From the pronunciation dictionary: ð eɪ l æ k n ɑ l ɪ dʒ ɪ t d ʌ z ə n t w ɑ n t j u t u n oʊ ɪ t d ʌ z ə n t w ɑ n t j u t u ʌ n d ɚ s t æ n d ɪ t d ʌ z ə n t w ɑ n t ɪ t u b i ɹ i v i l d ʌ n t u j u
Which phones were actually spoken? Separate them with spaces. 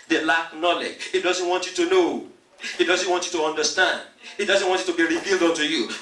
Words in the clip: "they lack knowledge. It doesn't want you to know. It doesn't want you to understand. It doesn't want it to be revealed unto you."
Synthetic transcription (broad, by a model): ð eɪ l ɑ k n ɑ l ɪ dʒ ɪ t d ʌ z ə n t w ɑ n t j u t u n oʊ ɪ t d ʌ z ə n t w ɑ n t j u t u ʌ n d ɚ s t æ n d ɪ t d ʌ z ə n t w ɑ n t ɪ t u b i ɹ i v i l d ʌ n t u j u